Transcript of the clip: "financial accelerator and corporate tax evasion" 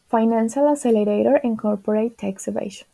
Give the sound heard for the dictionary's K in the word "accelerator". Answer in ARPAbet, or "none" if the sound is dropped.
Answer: none